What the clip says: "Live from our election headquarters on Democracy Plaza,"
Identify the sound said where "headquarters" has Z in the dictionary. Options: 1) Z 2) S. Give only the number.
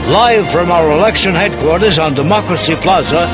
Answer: 1